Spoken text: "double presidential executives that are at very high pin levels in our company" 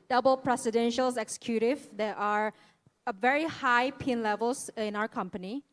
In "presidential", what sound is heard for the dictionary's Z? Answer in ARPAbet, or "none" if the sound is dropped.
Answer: S